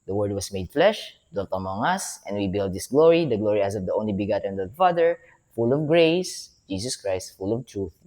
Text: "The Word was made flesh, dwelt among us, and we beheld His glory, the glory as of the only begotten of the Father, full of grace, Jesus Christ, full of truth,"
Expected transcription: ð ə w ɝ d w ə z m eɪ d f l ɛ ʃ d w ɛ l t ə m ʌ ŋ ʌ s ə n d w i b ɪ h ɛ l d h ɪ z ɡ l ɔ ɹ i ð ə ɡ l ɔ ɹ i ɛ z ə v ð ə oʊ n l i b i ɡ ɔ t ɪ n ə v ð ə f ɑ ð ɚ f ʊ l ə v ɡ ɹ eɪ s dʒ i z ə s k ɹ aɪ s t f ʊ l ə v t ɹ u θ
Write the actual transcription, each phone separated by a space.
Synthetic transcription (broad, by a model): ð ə w ɝ d w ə s m eɪ d f l ɛ ʃ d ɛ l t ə m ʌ ŋ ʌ s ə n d w i b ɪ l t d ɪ s ɡ l ɔ ɹ i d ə ɡ l ɔ ɹ i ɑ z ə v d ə oʊ n l i b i ɡ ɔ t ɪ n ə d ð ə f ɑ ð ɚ f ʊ l ə v ɡ ɹ eɪ s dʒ i s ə s k ɹ aɪ s t f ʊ l ə v t ɹ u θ